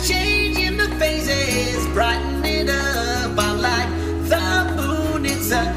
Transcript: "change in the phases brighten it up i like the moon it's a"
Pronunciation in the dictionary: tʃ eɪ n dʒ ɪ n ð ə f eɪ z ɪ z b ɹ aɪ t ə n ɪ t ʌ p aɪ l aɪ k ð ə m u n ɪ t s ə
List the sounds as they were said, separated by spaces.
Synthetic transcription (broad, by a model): tʃ eɪ n dʒ ɪ n ð ə f eɪ s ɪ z b ɹ aɪ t n ɪ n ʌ b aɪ l aɪ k ð ə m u n ɪ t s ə